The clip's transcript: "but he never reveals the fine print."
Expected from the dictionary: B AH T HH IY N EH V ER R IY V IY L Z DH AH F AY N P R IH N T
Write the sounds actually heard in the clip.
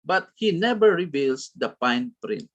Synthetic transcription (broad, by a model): B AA T HH IY N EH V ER R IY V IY L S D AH P AY N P R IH N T